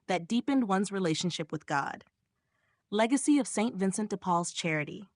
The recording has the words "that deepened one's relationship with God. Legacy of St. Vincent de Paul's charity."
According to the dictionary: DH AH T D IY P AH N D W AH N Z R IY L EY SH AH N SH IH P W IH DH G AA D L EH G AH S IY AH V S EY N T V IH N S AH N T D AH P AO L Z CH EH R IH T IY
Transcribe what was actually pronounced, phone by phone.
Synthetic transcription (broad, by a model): DH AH T D IY P AH N D W AH N Z R IY L EY SH AH N SH IH P W IH DH G AA D L EH G AH S IY AH V S EY N T V IH N S AH N T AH P AO L Z CH EH R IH T IY